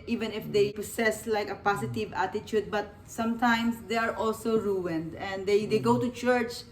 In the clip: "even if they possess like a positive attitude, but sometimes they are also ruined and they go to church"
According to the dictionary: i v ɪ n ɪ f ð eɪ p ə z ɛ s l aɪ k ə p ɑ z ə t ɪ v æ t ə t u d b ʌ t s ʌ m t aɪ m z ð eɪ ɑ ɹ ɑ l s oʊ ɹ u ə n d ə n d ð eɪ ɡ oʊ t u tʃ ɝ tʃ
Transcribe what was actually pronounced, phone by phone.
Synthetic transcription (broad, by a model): i v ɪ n ɪ f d eɪ p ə s ɛ s l aɪ k ə p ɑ s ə t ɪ v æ t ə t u d b ʌ t s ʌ m t aɪ m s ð eɪ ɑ ɹ ɑ l s oʊ ɹ u ə n d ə n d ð eɪ ɡ oʊ t u tʃ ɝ tʃ